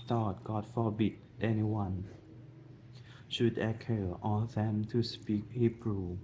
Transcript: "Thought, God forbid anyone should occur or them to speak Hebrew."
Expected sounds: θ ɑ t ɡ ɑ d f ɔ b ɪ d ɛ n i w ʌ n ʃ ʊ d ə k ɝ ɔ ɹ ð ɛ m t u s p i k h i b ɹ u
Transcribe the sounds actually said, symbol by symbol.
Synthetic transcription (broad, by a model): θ ɑ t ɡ ɑ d f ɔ b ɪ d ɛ n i w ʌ n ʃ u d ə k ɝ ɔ l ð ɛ m t u s p i k h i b ɹ u